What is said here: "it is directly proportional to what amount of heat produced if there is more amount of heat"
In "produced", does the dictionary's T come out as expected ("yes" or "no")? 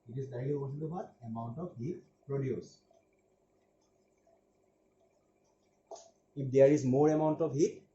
no